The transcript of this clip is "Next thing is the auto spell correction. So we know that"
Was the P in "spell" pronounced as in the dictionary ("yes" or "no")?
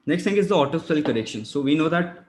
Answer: no